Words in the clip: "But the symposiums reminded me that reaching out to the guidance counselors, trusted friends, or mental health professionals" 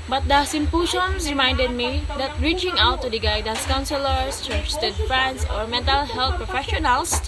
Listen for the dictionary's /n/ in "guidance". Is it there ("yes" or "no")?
no